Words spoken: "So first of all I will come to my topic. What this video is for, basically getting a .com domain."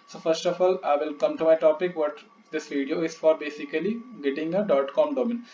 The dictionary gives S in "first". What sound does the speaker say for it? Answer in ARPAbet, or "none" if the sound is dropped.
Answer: S